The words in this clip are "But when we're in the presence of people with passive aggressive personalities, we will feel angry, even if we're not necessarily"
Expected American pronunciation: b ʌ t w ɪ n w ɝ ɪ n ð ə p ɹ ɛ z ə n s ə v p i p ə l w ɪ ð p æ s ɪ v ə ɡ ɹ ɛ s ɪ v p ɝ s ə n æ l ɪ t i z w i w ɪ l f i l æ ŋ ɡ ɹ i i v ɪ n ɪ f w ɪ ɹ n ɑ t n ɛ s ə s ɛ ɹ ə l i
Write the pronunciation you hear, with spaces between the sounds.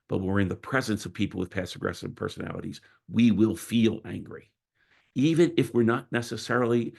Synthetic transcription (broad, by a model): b ʌ t w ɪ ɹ ɪ n ð ə p ɹ ɛ z ə n s ə v p i p l w ɪ ð p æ s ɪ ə ɡ ɹ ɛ s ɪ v p ɝ s ə n æ l ɪ t i z w i w ɪ l f i l æ ŋ ɡ ɹ i i v ɪ n ɪ f w ɪ ɹ n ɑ t n ɛ s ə s ɛ ɹ l i